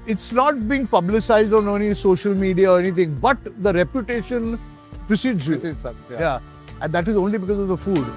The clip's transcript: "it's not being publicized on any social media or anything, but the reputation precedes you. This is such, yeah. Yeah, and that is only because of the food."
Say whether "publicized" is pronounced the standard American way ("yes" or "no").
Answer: yes